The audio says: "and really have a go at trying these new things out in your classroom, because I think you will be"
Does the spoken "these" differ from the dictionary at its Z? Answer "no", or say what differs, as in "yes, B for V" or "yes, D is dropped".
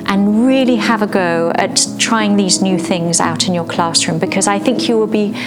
no